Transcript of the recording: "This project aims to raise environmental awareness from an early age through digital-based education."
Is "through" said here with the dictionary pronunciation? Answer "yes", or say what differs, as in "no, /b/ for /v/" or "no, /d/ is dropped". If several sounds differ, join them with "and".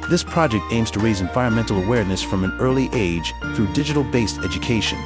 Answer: yes